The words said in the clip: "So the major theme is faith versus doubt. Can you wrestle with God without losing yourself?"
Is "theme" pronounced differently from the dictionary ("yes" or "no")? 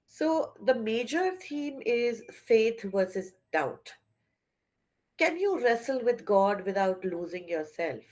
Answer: yes